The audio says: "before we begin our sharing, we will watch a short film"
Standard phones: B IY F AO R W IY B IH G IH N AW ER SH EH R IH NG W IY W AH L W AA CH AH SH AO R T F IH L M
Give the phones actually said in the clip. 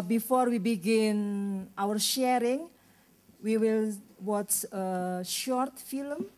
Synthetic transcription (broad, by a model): B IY F AO R W IY B IH G IH N AW ER SH EH R IH NG W IY W AH L W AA S AH SH AO R T F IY L M